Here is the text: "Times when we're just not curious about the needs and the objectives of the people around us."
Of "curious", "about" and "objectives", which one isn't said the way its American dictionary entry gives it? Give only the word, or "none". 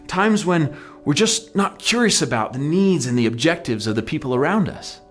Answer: none